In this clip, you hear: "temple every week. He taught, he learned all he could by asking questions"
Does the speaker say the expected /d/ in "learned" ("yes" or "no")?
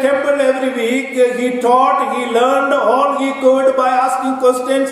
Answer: yes